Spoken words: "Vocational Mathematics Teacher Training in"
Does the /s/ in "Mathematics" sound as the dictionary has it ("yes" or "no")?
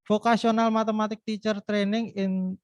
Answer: no